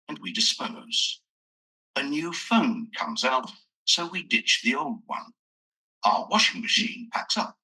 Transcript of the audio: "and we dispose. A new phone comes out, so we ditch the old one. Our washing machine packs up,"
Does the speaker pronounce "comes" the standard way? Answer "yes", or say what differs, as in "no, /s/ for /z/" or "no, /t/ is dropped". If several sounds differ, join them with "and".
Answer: yes